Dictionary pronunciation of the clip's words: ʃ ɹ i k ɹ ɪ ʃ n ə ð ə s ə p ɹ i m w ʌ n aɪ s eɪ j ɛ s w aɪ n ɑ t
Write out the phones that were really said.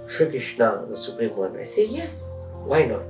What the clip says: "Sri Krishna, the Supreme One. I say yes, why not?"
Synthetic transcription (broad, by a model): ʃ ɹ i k ɪ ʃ n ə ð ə s ə p ɹ i m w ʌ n aɪ s eɪ j ɛ s w aɪ n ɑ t